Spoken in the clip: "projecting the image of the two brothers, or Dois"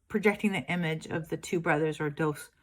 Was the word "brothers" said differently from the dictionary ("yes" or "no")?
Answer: no